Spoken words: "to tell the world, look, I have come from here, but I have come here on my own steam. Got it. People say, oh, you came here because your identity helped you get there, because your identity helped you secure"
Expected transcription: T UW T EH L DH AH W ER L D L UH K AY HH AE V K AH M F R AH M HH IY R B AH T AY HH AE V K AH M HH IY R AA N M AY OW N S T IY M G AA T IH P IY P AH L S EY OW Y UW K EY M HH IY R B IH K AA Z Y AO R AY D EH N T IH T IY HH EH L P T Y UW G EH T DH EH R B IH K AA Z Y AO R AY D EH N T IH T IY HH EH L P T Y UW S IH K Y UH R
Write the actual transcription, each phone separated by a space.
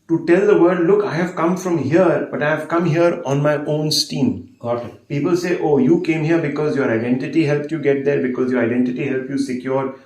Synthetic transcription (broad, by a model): T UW T EH L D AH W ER D L UH K AY HH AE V K AH M F R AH M HH IY R B AH T AY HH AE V K AH M HH IY R AA N M AY OW N S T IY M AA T P IY P AH L S EY OW Y UW K EY M HH IY R B IH K AA Z Y AO R AY D EH N T IH T IY HH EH L P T Y UW G EH T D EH R B IH K AA Z Y AO R AY D EH N T IH T IY HH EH L P Y UW S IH K Y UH R